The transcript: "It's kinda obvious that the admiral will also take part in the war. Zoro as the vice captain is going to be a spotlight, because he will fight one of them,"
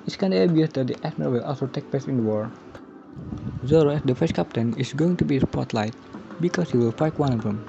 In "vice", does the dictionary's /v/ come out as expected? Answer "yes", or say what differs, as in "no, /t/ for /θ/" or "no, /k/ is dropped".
no, /f/ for /v/